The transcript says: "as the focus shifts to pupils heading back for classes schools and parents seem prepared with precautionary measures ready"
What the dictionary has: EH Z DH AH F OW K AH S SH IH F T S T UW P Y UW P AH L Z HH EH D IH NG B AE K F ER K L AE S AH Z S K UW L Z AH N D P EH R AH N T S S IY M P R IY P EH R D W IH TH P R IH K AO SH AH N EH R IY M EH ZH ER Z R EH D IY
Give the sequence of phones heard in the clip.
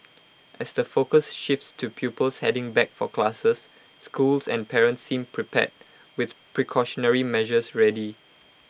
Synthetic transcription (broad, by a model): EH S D AH F OW K AH S SH IH F T S T UW P Y UW P AH L S HH EH D IH NG B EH K F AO K L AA S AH S K UW L S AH N P EH R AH N T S S IY M P R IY P EH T W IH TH P R IH K AO SH AH N EH R IY M EH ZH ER S R EH D IY